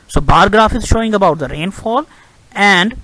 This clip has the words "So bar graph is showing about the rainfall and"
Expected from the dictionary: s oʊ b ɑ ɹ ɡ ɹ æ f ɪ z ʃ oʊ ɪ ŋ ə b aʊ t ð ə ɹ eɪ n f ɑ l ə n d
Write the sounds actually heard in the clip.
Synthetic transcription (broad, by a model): s oʊ b ɑ ɹ ɡ ɹ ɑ f ɪ z ʃ oʊ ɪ ŋ ə b aʊ t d ə ɹ eɪ n f ɑ l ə n d